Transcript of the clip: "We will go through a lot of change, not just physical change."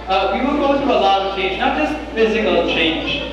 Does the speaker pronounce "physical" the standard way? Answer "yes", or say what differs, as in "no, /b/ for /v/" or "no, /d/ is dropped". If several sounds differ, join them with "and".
yes